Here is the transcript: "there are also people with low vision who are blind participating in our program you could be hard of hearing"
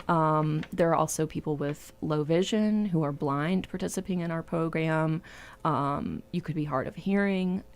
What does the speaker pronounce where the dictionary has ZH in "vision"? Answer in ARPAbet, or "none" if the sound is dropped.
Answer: ZH